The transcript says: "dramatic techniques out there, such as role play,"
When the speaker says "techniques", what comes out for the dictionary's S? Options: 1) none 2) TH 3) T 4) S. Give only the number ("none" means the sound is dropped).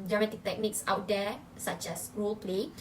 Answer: 4